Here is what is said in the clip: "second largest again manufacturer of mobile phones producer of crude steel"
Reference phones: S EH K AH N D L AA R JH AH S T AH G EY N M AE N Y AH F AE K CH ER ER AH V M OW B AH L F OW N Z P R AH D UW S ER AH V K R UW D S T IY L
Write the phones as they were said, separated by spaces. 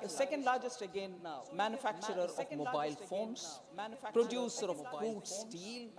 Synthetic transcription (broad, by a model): S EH K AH N D L AA R JH AH S T AH G EY N M AE N Y AH F AE K CH ER ER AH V M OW B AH L F OW N S P R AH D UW S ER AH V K UW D S T IY L